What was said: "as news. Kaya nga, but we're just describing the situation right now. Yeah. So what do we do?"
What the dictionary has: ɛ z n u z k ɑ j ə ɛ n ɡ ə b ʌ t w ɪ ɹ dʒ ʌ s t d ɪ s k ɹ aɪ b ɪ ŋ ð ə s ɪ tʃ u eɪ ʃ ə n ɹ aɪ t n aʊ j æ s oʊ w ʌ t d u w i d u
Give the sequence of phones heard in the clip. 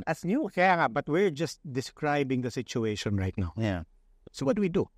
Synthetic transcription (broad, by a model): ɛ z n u k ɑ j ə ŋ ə b ʌ t w ɪ ɹ dʒ ʌ s t d ɪ s k ɹ aɪ b ɪ ŋ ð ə s ɪ tʃ u eɪ ʃ ə n ɹ aɪ t n aʊ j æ s oʊ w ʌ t d u w i d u